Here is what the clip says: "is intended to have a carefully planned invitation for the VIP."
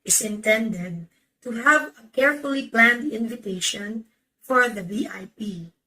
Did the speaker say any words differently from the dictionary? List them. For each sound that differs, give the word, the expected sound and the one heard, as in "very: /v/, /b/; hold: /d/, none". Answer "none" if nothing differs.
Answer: none